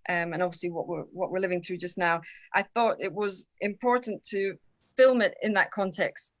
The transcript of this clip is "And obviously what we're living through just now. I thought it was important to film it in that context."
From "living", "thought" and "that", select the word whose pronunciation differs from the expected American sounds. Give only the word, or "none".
none